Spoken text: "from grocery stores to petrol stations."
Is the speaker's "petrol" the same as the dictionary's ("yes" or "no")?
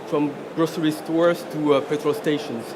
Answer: no